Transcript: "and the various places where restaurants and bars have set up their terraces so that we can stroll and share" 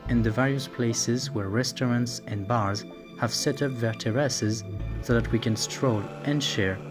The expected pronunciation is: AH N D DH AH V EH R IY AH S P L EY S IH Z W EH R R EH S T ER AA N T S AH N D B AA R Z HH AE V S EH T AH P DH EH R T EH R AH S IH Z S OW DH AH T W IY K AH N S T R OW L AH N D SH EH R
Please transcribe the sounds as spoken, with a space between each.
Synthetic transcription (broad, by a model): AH N DH AH V EH R IY AH S P L EY S IH Z W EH R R EH S T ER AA N T S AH N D B AA R Z HH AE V S EH T AH P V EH R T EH R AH S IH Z S OW DH AH T W IY K AH N S T R OW L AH N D SH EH R